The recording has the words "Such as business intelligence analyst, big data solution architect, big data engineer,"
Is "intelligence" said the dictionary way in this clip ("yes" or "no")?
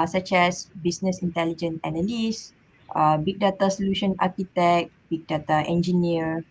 no